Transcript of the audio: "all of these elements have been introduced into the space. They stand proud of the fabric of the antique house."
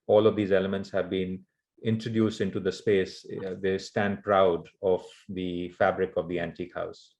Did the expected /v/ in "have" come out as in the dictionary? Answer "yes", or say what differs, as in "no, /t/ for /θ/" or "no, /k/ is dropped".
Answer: yes